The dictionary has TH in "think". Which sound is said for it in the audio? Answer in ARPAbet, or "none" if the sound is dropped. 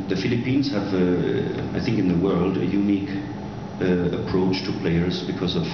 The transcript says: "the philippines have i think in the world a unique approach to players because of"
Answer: TH